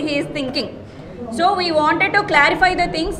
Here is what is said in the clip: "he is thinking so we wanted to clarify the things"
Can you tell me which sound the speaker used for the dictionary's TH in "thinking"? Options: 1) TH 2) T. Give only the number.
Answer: 2